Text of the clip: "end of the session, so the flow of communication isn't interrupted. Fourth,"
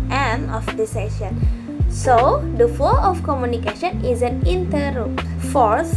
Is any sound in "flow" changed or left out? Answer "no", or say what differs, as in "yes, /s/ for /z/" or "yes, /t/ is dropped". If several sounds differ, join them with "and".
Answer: yes, /l/ is dropped